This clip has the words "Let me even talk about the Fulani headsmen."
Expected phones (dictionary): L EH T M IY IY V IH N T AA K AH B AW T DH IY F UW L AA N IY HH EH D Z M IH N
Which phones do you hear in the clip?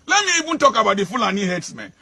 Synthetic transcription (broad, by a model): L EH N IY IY B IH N T AA K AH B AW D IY F UW L AA N IY HH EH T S M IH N